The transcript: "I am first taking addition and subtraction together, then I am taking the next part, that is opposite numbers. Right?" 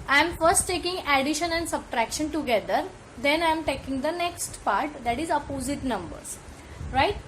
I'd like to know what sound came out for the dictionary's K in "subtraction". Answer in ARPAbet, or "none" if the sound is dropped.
K